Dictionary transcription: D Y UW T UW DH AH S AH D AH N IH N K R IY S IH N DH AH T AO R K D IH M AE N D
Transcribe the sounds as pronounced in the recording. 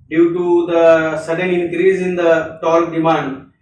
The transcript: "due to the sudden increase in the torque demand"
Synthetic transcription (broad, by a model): D Y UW T UW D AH S AH D AH N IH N K R IY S IH N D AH T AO L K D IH M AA N D